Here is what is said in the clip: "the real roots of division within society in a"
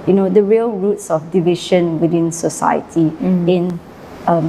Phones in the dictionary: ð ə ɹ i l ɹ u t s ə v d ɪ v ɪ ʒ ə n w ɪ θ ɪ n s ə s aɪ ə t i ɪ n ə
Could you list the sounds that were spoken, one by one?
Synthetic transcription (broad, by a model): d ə ɹ i l ɹ u t s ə f d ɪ v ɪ ʃ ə n w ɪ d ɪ n s ə s aɪ ə t i ɪ n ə